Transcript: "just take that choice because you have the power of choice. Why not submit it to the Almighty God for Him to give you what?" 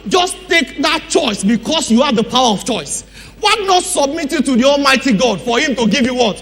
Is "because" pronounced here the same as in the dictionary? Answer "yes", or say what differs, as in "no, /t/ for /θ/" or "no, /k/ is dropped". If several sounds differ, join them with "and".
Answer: no, /s/ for /z/